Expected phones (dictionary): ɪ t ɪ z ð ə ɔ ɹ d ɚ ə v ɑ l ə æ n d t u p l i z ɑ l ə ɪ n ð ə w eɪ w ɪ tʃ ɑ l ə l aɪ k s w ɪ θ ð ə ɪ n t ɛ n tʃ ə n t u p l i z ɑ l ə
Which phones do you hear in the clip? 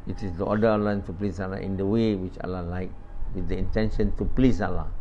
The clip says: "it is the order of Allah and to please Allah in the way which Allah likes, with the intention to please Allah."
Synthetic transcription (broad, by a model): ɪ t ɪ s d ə ɔ d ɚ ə ɑ l ə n t u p l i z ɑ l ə ɪ n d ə w eɪ w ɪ tʃ ɑ l ə l aɪ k w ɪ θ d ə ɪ n t ɛ n ʃ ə n t u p l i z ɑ l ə